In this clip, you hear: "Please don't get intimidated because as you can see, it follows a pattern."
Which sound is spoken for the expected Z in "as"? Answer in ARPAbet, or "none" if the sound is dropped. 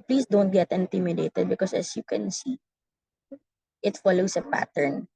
S